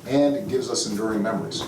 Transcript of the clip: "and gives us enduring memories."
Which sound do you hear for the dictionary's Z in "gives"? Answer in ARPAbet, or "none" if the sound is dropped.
Z